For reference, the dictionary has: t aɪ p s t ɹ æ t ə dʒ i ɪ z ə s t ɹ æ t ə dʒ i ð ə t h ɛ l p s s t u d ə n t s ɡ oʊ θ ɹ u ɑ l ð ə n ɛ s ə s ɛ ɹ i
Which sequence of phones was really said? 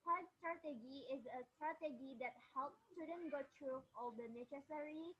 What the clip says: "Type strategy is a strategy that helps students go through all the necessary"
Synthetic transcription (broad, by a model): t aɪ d s t ɹ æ t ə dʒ i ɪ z ə s t ɹ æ t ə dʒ i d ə t h ɛ l p s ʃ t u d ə n ɡ oʊ t ɹ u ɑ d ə n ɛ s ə s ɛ ɹ i